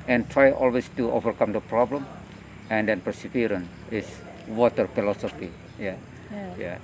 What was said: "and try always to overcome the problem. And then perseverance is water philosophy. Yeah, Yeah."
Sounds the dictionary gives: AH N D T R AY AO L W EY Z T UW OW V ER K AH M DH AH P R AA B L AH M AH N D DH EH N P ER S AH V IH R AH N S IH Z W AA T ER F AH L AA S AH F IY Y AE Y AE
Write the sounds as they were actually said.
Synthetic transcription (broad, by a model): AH N T R AY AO L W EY S T UW OW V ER K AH M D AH P R AA B L AH M AH N D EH N P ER S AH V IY R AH N IH S W AA T ER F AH L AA S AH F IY Y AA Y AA